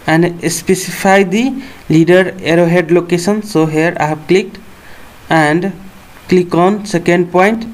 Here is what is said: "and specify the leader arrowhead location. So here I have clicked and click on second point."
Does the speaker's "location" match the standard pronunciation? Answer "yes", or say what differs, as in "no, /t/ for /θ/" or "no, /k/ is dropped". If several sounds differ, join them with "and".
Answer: no, /s/ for /ʃ/